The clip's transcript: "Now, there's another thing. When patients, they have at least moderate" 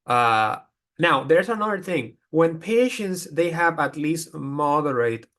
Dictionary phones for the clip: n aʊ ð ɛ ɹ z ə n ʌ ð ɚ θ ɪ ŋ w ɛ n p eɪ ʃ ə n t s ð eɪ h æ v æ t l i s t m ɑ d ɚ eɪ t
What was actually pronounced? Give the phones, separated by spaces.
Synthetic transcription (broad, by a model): n aʊ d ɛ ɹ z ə n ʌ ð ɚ t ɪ ŋ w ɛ n p eɪ ʃ ə n t s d eɪ h æ v æ t l i s t m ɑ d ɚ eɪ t